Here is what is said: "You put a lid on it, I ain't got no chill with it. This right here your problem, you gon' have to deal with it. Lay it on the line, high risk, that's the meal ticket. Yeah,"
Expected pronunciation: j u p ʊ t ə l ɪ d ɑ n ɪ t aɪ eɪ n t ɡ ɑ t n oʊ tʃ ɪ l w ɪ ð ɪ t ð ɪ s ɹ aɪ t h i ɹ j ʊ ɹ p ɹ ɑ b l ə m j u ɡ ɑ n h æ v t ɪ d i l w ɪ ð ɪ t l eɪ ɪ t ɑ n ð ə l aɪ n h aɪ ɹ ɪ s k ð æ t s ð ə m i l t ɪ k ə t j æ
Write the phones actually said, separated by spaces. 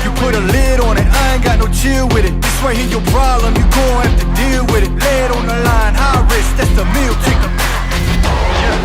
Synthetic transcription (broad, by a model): j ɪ p ʊ t ə l ɪ d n ɪ t aɪ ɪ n ɡ ɑ t n oʊ tʃ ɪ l w ɪ ð ɪ t ð ɪ s w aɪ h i j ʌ ɹ p ɹ ɑ b l ə m j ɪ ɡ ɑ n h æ f t ɪ d i l w ɪ ð ɪ t l eɪ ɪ t n ð ə l aɪ n h aɪ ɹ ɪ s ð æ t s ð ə m i l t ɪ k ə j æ